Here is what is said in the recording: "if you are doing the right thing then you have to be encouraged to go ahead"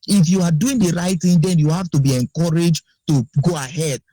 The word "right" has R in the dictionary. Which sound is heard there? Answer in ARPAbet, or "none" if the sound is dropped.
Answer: R